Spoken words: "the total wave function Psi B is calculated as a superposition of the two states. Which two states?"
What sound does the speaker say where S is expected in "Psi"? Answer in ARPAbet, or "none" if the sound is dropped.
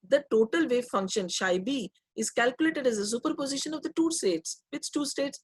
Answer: SH